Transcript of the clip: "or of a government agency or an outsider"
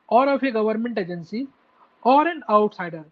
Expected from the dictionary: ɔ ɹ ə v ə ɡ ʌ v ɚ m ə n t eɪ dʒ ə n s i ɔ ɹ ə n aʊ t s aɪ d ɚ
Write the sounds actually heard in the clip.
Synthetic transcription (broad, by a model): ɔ ɹ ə p ə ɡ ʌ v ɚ m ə n t eɪ dʒ ə n s i ɔ ɹ ə n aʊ t s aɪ d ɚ